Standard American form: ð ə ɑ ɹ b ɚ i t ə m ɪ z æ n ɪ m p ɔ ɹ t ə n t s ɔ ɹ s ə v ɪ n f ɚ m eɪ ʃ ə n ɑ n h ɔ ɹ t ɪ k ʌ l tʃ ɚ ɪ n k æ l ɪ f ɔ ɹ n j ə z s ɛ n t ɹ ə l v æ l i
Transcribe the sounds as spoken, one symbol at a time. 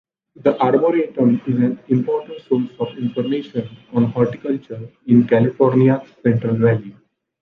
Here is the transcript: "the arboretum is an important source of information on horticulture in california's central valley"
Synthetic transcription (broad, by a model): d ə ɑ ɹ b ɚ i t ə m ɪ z æ n ɪ m p ɔ ɹ t ə n t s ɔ l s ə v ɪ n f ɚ m eɪ ʃ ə n ɑ n h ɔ ɹ t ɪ k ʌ l tʃ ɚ ɪ n k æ l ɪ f ɔ ɹ n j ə s ɛ n t ɹ ə l v æ l i